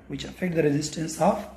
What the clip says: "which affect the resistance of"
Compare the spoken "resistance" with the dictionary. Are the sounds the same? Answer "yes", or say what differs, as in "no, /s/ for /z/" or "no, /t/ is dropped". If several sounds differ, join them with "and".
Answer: yes